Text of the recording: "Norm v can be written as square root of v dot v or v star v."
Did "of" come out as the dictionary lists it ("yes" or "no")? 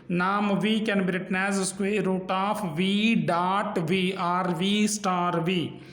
no